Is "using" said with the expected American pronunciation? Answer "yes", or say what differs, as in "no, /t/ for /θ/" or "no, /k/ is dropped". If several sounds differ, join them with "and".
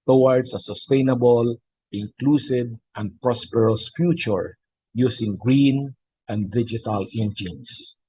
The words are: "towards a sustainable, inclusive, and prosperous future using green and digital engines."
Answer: no, /s/ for /z/